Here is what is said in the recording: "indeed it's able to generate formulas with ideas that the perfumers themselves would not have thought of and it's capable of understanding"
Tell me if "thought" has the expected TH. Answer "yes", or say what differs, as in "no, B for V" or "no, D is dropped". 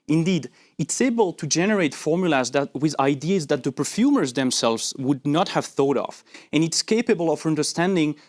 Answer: yes